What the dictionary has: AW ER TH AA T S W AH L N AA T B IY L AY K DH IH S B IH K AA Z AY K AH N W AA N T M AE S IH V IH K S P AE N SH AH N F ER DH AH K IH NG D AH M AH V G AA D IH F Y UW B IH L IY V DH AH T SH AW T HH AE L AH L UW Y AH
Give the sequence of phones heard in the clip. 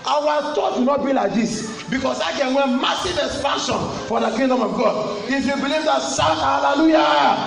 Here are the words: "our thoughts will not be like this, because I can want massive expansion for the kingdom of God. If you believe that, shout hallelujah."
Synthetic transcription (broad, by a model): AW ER T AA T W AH N AA T B IY L AY K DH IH S B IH K AA S AY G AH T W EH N M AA S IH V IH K S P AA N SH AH N F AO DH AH K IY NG D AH M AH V G AA D IH F Y UW B IH L IY V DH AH T S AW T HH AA L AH L UW Y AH